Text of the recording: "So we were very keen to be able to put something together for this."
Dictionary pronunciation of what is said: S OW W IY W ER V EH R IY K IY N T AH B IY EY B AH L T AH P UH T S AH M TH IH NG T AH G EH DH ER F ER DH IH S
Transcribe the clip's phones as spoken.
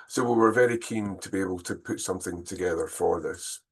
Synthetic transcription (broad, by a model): S OW W IY W ER V EH R IY K IY N T AH B IY EY B AH L T AH P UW T S AH M TH IH NG T AH G EH DH ER F ER DH IH S